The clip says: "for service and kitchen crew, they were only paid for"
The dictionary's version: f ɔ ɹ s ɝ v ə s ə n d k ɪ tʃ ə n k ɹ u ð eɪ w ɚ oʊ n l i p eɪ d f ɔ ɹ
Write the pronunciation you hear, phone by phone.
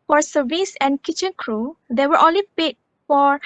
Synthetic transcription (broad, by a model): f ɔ ɹ s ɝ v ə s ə n k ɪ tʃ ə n k ɹ u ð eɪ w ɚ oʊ l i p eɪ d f ɔ ɹ